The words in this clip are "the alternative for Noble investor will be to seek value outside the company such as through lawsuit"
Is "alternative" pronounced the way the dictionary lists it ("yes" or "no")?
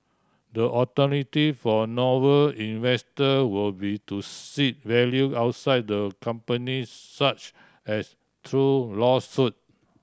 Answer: no